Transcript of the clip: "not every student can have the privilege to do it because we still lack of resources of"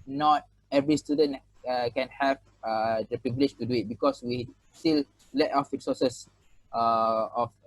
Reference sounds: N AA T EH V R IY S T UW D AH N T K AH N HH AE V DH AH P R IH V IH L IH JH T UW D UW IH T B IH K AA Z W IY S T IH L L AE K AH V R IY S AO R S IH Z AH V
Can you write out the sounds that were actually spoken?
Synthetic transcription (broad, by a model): N AA T EH V R IY S T UW D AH N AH K AH N HH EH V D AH P R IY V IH L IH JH T UW D UW IH T B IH K AA S W IY S T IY L L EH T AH F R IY S AO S S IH AH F